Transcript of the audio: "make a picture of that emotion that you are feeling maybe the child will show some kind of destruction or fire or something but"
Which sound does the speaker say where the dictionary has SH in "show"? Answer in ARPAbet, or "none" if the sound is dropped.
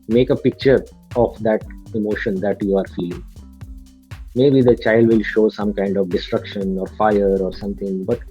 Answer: SH